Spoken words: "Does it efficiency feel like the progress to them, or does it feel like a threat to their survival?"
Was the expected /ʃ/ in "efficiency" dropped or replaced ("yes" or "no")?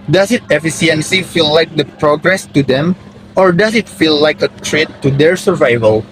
yes